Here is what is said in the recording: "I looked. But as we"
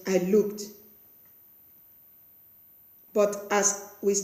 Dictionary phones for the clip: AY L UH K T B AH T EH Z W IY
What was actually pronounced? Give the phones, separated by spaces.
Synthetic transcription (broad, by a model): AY L UH K T B AH T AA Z W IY